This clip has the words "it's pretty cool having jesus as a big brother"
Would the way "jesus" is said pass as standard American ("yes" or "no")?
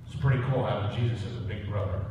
yes